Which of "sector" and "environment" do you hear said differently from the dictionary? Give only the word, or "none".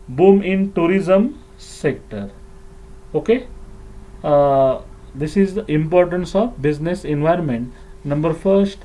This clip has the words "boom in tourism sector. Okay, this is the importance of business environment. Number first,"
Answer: none